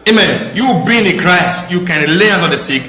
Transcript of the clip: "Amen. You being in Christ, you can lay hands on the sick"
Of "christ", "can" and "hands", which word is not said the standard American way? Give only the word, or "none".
hands